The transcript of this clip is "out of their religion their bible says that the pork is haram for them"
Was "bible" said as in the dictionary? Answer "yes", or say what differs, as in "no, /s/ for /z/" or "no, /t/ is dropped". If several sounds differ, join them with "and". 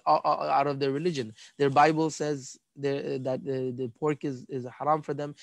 yes